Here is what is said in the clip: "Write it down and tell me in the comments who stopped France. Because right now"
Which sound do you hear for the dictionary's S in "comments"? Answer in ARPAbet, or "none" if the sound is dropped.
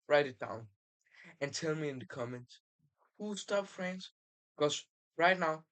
none